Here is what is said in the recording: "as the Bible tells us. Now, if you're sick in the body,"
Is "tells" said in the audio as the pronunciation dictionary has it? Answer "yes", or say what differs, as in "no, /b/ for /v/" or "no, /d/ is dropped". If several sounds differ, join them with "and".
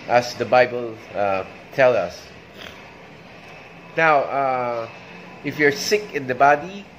no, /z/ is dropped